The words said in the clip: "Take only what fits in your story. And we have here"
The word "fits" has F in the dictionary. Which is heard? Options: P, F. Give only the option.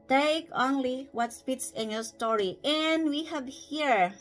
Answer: P